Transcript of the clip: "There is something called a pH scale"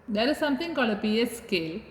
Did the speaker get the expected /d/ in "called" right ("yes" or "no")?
no